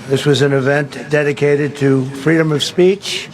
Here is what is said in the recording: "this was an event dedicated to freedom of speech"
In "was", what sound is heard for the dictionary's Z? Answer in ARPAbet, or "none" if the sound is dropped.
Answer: Z